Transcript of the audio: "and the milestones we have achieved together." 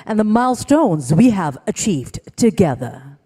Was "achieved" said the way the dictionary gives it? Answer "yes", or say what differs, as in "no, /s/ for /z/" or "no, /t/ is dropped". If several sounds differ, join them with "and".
yes